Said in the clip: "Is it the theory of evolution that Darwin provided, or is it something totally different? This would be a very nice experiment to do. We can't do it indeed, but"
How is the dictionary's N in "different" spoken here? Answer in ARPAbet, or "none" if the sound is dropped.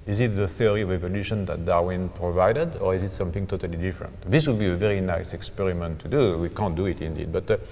N